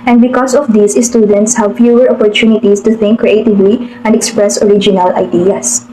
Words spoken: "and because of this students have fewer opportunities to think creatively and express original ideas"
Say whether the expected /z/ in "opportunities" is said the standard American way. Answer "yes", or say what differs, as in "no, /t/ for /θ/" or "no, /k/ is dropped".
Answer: no, /s/ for /z/